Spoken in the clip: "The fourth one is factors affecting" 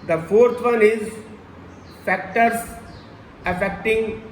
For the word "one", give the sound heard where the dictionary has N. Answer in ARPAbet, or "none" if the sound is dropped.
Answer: L